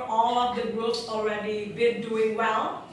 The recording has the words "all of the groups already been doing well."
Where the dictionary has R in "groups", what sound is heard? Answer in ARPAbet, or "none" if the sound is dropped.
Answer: none